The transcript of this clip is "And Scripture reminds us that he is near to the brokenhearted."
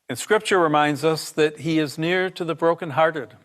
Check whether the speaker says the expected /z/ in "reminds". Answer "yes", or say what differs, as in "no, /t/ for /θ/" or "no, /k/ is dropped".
yes